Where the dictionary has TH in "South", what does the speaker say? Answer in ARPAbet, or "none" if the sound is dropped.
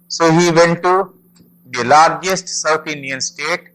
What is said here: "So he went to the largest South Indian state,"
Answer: T